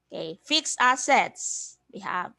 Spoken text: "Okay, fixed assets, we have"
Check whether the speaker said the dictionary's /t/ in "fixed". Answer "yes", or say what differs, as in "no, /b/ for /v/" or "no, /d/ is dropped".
no, /t/ is dropped